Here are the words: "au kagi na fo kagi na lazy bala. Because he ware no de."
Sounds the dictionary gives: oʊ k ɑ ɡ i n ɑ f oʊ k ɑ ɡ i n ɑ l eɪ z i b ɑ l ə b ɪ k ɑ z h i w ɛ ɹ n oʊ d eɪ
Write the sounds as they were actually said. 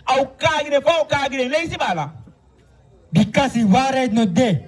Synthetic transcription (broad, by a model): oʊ k ɑ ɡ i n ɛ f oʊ k ɑ ɡ i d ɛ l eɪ s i b ɑ l ə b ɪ k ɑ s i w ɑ ɹ n oʊ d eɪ